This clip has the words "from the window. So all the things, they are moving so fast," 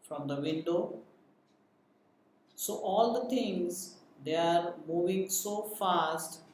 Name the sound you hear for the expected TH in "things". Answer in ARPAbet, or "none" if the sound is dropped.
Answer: T